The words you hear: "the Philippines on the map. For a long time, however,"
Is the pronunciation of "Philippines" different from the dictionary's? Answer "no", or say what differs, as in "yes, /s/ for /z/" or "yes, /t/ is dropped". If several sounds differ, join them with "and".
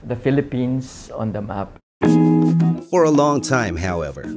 yes, /s/ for /z/